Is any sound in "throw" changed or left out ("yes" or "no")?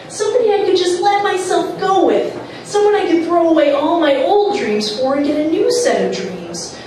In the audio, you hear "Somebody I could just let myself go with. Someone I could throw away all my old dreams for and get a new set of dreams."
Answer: no